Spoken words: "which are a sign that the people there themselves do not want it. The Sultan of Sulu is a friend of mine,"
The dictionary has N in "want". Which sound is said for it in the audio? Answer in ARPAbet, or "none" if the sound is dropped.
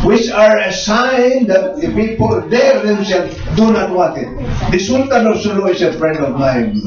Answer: none